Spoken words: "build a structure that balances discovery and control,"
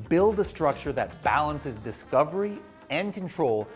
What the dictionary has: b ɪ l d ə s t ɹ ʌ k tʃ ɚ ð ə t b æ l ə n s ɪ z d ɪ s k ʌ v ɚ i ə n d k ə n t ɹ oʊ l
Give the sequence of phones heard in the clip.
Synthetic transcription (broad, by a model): b ɪ l d ə s t ɹ ʌ k tʃ ɚ ð ə t b æ l ə n s ɪ z d ɪ s k ʌ v ɚ i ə n k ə n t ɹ oʊ l